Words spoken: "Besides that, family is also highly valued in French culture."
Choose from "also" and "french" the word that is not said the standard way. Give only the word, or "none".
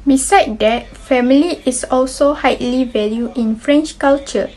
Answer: none